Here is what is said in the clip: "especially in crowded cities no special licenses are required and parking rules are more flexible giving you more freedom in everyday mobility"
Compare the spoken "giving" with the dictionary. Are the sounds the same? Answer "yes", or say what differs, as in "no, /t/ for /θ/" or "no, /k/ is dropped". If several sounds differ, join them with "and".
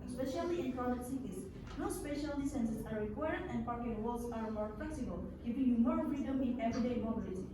no, /f/ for /v/